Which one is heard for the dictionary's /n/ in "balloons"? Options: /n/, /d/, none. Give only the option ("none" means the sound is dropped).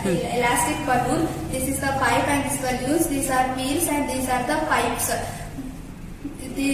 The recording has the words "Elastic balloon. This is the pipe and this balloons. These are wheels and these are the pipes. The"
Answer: none